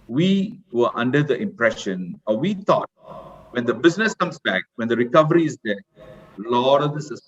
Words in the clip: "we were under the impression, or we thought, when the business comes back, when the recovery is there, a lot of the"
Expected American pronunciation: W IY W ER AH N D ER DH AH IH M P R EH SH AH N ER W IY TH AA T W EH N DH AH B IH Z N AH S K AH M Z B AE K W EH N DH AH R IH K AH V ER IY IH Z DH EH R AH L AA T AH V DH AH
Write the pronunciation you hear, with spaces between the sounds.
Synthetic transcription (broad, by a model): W IY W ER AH N D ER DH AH IH M P R EH SH AH N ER W IY T AA T W EH N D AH B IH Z N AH S K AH M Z B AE K W EH N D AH R IH K AH V ER IY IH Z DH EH L AH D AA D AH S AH